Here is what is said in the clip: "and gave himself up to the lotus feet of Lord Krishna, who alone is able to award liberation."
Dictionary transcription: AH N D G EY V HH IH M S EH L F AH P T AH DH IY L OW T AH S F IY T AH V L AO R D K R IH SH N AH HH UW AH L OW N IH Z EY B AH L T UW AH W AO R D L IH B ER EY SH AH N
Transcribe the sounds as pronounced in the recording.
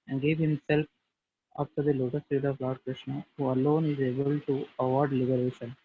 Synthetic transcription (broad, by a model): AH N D G EY V HH IH M S EH L F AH F T AH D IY L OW T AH S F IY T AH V L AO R D K R IH SH N AH HH UW AH L OW N IH Z EY B AH L T UW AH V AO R D L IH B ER EY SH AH N